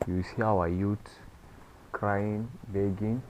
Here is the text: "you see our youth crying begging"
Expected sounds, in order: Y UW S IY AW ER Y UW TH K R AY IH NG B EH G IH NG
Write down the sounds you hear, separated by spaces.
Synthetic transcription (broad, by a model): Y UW S IY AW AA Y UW T K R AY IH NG B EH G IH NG